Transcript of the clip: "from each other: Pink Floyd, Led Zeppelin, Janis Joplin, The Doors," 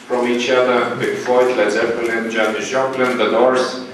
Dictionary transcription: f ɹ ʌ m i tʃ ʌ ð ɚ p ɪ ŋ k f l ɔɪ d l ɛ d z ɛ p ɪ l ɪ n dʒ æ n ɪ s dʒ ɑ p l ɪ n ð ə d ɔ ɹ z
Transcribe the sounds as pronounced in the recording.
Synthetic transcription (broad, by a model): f ɹ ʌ m i tʃ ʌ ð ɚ b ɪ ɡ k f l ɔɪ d l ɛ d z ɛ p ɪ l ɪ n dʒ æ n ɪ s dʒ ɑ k l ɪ n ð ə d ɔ ɹ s